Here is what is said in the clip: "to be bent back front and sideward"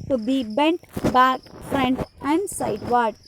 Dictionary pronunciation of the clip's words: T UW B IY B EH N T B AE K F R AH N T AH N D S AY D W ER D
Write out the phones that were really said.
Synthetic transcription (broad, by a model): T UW B IY B EH N T B AE K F R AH N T AH N D S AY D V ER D